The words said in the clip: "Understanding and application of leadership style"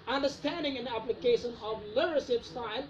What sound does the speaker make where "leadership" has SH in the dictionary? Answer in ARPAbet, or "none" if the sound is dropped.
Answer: S